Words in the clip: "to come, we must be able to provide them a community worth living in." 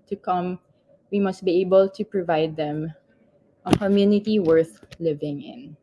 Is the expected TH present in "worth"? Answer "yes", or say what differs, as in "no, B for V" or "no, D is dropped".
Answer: yes